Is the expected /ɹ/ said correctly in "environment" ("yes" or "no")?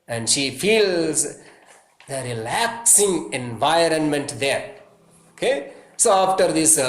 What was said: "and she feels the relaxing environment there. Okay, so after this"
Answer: yes